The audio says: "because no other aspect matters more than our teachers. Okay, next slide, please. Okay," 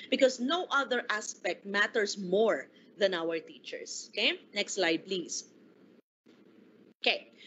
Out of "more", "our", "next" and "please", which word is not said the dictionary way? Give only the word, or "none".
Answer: please